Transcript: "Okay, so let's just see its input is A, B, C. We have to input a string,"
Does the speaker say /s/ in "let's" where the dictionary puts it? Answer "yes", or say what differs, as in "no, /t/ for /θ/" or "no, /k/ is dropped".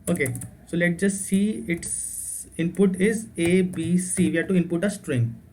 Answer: no, /s/ is dropped